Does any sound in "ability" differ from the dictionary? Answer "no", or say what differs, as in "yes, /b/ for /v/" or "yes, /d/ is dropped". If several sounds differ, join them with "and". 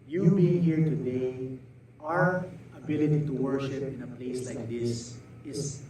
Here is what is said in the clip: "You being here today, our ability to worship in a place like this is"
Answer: no